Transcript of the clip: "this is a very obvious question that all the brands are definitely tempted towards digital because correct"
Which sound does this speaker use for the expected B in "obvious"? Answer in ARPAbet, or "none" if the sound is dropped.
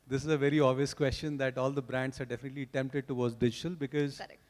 none